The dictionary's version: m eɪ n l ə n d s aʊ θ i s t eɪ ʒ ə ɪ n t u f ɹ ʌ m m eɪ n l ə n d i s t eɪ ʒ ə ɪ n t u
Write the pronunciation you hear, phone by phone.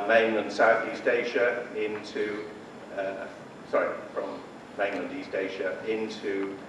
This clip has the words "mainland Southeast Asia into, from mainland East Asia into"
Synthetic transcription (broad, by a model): m eɪ n l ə n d s aʊ θ i s t eɪ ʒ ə ɪ n t u f ɹ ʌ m m eɪ n l ə n d i s t eɪ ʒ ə ɪ n t u